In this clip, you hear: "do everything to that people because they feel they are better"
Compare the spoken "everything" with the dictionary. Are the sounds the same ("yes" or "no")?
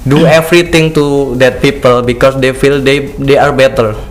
no